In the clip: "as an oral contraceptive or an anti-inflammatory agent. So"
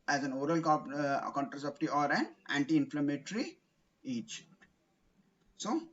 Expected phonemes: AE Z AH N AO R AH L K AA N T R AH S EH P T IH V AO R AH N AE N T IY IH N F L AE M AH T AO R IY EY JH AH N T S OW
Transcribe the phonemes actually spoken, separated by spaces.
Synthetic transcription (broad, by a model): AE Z AH N AO R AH L K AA N T R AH S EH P T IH AO R AH N AE N T IY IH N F L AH M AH T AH R IY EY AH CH S OW